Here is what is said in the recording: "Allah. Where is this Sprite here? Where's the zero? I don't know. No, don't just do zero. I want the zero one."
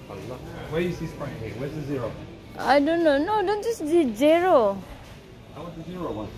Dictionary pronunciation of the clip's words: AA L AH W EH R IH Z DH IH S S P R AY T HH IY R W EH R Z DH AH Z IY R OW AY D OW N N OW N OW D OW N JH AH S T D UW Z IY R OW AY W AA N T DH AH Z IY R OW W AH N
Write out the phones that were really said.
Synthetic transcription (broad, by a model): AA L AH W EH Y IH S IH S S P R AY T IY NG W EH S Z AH Z IY R OW AY D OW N N OW N OW D OW N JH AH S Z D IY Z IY R OW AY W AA T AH Z IY R OW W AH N